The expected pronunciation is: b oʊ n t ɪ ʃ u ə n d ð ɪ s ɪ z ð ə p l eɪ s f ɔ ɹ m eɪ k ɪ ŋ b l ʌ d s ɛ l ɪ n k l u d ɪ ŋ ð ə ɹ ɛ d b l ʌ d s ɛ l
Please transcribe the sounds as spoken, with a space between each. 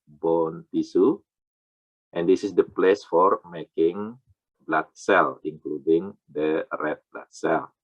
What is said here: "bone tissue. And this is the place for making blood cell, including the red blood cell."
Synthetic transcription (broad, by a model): b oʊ n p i s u ə n d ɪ s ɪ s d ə p l eɪ s f ɔ ɹ m eɪ k ɪ ŋ b l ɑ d s ɛ l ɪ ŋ k l u d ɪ ŋ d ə ɹ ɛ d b l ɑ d s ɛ l